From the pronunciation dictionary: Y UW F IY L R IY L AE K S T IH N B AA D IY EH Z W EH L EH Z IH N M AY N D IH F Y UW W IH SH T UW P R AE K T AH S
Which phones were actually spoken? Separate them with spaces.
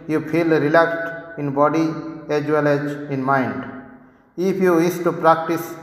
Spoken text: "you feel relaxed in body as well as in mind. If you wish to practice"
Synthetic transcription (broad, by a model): Y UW P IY L R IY L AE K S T IH N B AA D IY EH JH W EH L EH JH IH N M AY N D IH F Y UW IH S T UW P R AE K T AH S